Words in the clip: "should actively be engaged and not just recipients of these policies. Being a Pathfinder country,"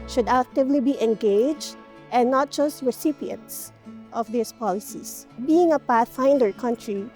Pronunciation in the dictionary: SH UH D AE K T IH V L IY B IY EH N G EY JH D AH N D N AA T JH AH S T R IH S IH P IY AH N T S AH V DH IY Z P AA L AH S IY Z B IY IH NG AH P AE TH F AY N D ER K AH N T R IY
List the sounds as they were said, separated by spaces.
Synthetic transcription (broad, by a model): SH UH D AE K T IH V L IY B IY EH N G EY JH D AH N N AA T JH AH S T R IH S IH P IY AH N T S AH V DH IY S P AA L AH S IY S B IY IH NG AH P AE TH F AY N D ER K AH N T R IY